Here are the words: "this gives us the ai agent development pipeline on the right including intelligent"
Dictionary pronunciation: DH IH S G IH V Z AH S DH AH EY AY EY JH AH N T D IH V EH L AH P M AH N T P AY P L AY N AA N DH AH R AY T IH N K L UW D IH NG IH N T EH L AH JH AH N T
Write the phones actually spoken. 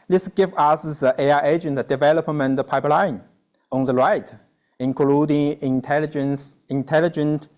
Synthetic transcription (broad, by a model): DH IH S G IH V AH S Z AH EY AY EY JH AH N T D IH V EH L AH P M AH N T P AY P L AY N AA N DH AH R AY T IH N K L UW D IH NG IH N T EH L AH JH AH N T